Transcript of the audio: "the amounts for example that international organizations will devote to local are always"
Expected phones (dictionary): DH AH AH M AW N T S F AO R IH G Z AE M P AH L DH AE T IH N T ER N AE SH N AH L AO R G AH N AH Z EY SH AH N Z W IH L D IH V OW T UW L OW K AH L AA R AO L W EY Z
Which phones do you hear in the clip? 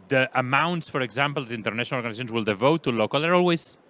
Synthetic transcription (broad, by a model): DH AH AH M AW N T S F AO R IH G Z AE M P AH L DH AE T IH N T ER N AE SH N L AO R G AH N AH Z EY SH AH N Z W IH L D IH V OW T UW L OW K AH L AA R AO L W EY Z